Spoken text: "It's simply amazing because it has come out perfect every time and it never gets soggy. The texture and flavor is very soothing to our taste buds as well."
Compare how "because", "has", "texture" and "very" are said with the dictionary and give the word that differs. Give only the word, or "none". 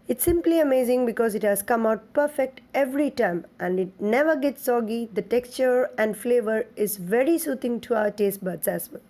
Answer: none